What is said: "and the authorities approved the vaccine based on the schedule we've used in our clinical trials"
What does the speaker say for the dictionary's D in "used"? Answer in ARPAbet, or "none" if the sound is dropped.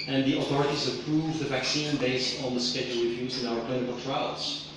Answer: none